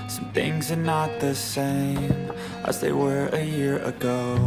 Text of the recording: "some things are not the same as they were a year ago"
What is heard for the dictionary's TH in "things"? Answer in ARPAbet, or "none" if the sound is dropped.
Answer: TH